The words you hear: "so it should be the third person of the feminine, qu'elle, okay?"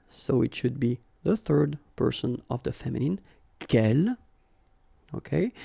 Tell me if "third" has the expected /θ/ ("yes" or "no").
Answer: yes